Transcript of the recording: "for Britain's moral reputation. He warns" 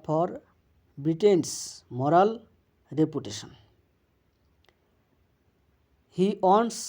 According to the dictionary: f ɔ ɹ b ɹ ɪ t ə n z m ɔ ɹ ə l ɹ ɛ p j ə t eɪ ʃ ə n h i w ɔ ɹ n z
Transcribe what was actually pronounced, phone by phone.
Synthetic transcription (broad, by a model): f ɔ ɹ b ɹ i t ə n s m ɔ ɹ ə l ɹ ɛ p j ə t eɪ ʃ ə n h i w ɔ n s